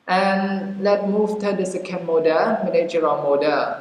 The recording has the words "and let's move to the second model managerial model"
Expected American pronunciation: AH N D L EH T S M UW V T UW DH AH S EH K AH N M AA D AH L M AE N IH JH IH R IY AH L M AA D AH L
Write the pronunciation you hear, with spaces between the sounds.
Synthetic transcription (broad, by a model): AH N L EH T M UW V T UW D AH S EH K AH N M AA D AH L M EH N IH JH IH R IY M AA D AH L